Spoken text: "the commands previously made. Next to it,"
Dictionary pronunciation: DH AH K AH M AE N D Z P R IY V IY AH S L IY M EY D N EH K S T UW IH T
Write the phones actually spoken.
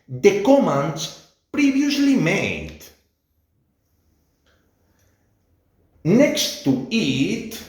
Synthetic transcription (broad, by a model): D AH K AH M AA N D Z P R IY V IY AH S L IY M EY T N EH K S T UW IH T